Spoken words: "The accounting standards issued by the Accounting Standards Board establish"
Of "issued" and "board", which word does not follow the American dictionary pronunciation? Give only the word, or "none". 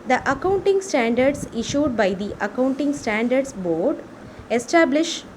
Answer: none